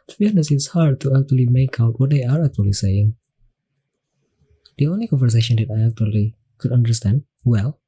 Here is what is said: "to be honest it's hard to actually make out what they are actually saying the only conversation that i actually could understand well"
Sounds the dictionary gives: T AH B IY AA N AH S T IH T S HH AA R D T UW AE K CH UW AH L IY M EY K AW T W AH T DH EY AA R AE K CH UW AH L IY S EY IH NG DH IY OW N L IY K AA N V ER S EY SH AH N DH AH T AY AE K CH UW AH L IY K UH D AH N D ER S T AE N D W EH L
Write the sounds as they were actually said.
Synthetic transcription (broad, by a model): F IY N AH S IH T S HH AA R D T UW AE K CH UW AH L IY M EY K AW T W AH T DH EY AA R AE K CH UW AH L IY S EY IH NG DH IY OW N L IY K AA N V ER S EY SH AH N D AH T AY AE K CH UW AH L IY K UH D AH N D ER S T AE N D W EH L